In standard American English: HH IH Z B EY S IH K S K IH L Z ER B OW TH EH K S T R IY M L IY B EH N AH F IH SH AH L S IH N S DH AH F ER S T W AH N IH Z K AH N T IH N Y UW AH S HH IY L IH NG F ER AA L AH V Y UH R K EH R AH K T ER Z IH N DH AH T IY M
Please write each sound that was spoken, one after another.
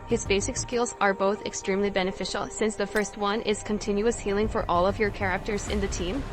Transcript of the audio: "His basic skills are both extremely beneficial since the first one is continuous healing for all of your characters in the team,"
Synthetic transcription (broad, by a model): HH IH Z B EY S IH K S K IH L Z ER B OW TH EH K S T R IY M L IY B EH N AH F IH SH L S IH N S DH AH F ER S T W AH N IH Z K AH N T IH N Y UW AH S HH IY L IH NG F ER AA L AH V Y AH R K EH R AH K T ER Z IH N DH AH T IY M